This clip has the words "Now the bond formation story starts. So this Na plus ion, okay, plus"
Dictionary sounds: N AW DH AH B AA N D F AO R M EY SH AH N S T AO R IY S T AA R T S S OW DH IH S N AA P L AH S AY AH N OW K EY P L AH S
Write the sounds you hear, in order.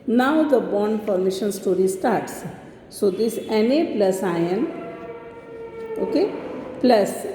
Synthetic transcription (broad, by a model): N AW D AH B AA N D P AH R M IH SH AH N S T AO R IY S T AA R T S S OW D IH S N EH P L AH S AY AH N OW K EY P L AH S